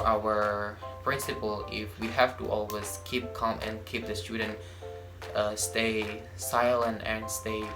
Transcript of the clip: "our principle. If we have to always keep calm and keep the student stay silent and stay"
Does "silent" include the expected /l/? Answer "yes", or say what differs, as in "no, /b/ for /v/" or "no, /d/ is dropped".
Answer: yes